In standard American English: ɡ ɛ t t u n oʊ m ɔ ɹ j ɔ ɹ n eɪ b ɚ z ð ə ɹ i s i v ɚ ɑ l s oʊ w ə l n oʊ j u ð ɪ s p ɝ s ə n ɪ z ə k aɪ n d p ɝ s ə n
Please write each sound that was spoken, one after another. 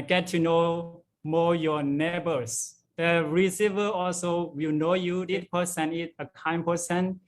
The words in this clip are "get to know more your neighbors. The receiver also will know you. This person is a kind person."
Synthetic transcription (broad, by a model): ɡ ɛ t t u n oʊ m ɔ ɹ j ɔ n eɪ b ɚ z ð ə ɹ i s i v ɚ ɑ l s oʊ w ə l n oʊ j u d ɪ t p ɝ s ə n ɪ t ə k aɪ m p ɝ s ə n